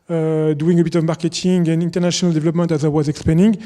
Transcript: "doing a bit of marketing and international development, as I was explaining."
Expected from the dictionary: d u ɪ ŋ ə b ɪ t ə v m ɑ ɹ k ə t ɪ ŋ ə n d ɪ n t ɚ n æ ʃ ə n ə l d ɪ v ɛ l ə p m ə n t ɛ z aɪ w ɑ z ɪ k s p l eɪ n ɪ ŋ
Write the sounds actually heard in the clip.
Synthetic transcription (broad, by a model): d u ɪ ŋ ə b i t ə v m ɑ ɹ k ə t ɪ ŋ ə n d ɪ n t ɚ n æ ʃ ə n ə l d ɪ v ɛ l ə p m ə n t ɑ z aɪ w ɑ z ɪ k s p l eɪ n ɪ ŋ